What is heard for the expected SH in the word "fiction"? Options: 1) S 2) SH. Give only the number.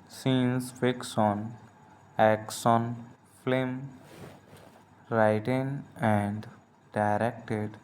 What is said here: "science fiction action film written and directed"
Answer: 1